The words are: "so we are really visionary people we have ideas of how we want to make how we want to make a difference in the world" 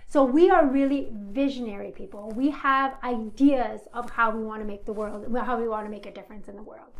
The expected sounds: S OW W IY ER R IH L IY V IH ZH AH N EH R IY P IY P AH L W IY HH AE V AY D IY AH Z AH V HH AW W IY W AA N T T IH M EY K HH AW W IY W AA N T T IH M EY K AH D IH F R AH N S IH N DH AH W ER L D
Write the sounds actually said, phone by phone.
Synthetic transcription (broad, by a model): S OW W IY ER R IH L IY V IH ZH AH N EH R IY P IY P L W IY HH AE V AY D IY AH Z AH V HH AW W IY W AA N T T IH M EY K HH AW W IY W AA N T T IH M EY K AH D IH F R AH N S IH N DH AH W ER L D